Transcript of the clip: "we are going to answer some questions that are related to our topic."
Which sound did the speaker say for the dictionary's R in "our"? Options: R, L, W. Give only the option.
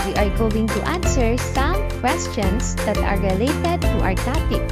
R